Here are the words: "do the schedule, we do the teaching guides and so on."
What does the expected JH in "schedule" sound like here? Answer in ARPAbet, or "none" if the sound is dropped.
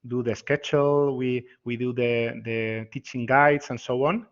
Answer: CH